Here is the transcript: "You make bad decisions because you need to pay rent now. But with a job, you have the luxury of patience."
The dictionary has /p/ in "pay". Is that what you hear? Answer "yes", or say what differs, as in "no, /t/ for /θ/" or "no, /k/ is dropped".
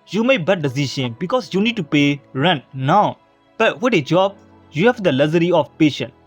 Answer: yes